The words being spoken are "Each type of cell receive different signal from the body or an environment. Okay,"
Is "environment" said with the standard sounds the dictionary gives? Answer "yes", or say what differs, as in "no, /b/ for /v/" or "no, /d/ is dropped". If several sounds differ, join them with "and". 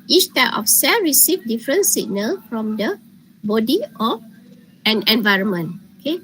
yes